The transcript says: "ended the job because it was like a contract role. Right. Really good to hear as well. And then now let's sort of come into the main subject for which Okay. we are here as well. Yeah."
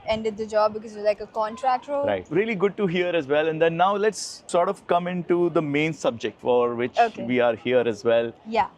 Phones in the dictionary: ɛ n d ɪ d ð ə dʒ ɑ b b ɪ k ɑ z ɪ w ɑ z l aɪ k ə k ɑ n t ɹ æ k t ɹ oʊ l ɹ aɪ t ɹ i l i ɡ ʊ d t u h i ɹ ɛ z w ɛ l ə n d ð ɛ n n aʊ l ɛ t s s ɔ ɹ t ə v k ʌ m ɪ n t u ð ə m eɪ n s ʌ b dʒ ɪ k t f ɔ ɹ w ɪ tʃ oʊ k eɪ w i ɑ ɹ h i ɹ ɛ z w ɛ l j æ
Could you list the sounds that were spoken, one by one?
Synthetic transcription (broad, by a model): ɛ n d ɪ d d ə dʒ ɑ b b ɪ k ɑ z ɪ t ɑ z l aɪ k ə k ɑ n t ɹ æ k t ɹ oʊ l ɹ aɪ t ɹ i l i ɡ ʊ d t u h i ɹ ɛ z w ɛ l ə n d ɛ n n aʊ l ɛ t s s ɔ ɹ t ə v k ʌ m ɪ n t u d ə m eɪ n s ʌ b dʒ ɪ k t f ɔ ɹ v ɪ tʃ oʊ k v i ɑ ɹ h i ɹ ɛ z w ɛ l j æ